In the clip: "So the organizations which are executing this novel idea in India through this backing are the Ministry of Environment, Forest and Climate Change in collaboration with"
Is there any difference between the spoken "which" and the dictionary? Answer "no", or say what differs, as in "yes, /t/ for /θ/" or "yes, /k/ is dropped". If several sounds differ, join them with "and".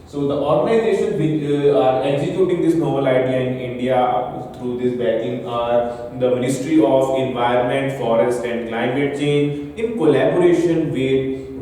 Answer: yes, /tʃ/ is dropped